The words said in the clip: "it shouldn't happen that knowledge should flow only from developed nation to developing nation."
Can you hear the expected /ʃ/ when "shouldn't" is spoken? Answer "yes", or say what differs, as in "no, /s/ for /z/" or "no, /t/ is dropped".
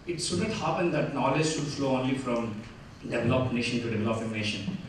no, /s/ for /ʃ/